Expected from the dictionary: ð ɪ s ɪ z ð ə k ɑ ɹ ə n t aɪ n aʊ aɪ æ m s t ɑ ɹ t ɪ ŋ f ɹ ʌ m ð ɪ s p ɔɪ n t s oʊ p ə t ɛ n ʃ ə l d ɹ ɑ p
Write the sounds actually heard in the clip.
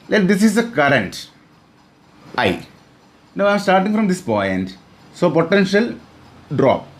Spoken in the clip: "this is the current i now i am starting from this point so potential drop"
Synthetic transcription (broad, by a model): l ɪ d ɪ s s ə k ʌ ɹ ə n t aɪ n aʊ aɪ m s t ɑ ɹ t ɪ ŋ f ɹ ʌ m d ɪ s p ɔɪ n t s oʊ p ə t ɛ n ʃ ə l d ɹ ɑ p